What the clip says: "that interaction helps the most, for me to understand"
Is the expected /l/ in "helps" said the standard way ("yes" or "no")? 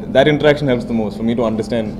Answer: yes